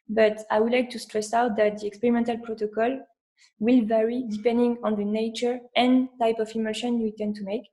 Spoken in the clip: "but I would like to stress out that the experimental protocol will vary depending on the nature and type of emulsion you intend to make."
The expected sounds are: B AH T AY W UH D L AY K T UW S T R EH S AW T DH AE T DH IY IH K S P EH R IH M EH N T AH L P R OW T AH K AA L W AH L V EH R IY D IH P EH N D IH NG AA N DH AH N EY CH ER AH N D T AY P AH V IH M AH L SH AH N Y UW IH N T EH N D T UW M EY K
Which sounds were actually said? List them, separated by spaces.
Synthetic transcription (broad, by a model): B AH T AY W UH D L AY K T UW S T R EH S AW T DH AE T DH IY IH K S P EH R IH M EH N T AH L P R OW T AH K AA L W AH L V EH R IY D IH P EH N D IH NG AA N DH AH N EY CH ER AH N T AY P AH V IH M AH SH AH N Y UW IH T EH N T UW M EY K